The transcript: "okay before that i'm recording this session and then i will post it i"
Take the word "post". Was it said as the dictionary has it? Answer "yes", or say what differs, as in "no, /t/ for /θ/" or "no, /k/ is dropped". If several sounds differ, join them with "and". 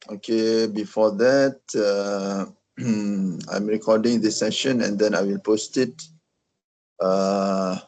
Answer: yes